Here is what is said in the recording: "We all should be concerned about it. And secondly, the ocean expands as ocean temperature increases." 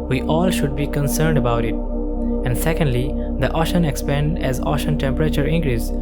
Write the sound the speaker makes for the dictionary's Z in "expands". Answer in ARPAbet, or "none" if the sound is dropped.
none